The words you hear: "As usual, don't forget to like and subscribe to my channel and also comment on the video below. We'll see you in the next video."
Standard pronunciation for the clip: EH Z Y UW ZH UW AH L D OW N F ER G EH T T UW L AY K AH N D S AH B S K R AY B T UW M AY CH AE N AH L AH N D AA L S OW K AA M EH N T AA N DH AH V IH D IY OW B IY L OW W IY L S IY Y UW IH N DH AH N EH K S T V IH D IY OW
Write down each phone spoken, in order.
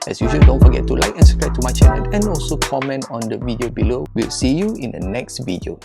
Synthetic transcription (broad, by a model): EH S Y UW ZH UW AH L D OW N F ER G EH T T UW L AY K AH N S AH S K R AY T UW M AY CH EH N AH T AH N AA L S OW K AA M EH N T AA N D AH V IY D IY OW B IY L OW W IY L S IY Y UW IH N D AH N EH K S T V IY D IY OW